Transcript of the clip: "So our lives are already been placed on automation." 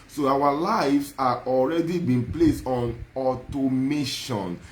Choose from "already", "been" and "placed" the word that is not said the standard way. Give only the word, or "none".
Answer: none